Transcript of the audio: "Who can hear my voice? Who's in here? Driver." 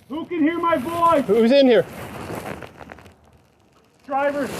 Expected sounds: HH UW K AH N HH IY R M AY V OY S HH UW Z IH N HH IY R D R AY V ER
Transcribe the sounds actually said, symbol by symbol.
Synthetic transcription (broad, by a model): HH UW K AH N HH IY R M AY B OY HH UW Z IH N HH IY R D R AY V ER